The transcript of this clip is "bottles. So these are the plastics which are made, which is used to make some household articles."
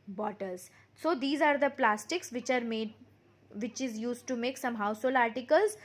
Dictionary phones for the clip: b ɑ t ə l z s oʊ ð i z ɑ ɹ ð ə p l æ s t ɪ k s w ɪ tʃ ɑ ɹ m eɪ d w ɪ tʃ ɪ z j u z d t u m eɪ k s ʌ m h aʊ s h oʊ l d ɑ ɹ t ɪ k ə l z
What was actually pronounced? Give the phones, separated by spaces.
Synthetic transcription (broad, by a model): b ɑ t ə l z s oʊ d i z ɑ ɹ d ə p l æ s t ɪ k s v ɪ tʃ ɑ ɹ m eɪ d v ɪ tʃ ɪ z j u z d t u m eɪ k s ʌ m h aʊ s h oʊ l ɑ ɹ t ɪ k ə l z